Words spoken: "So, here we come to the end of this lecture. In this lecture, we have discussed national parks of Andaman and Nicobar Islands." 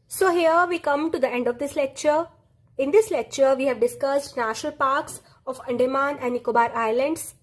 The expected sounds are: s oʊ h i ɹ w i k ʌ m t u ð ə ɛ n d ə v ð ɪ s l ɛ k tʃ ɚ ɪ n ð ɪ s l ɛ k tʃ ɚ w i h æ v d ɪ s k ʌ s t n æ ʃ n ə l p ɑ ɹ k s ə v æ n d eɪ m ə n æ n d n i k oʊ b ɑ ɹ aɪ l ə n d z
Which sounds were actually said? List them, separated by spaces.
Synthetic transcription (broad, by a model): s oʊ h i ɹ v i k ʌ m t u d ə ɛ n d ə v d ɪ s l ɛ k tʃ ɚ ɪ n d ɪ s l ɛ k tʃ ɚ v i h æ v d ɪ s k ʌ s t n æ ʃ n ə l p ɑ ɹ k s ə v æ n d eɪ m ə n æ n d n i k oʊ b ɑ ɹ aɪ l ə n d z